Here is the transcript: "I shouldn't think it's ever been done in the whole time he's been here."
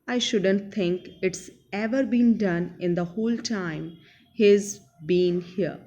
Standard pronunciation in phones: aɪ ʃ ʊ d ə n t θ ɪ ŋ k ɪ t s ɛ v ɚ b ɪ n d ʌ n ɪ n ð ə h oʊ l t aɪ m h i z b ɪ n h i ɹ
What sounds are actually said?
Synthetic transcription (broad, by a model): aɪ ʃ ʊ d ə n t t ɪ ŋ k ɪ t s ɛ v ɚ b ɪ n d ʌ n ɪ n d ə h oʊ l t aɪ m h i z b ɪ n h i ɹ